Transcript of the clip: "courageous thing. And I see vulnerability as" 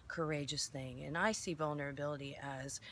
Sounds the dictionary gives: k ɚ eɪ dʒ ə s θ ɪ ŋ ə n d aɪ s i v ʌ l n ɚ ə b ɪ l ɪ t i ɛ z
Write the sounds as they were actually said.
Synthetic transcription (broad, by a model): k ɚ eɪ dʒ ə s θ ɪ ŋ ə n aɪ s i v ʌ l n ɚ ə b ɪ l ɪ t i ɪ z